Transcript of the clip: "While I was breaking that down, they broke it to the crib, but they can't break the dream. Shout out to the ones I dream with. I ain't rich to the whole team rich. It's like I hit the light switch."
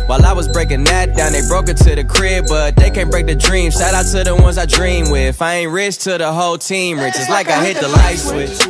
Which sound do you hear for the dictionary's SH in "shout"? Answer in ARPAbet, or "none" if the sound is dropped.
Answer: S